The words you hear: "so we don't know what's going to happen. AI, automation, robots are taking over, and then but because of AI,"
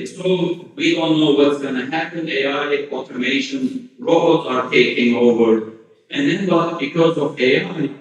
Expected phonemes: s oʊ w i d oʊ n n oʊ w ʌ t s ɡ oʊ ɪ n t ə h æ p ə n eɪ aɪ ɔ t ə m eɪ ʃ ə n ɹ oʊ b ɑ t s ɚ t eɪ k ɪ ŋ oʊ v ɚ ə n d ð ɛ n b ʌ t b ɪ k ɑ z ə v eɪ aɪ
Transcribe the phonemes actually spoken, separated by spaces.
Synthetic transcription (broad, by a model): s oʊ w i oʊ l n oʊ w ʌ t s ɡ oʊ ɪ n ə h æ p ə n eɪ aɪ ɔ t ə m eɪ ʃ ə n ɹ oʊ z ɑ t t eɪ k ɪ ŋ oʊ v ɚ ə n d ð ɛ n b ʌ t b ɪ k ɑ z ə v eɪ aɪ